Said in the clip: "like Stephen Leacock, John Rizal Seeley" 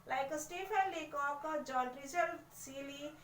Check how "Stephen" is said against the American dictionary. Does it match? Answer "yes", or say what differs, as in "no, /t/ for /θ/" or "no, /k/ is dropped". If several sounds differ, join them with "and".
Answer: no, /p/ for /v/